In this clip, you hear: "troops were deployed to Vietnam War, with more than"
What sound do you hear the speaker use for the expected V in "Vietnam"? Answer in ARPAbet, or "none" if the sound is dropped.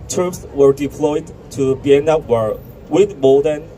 B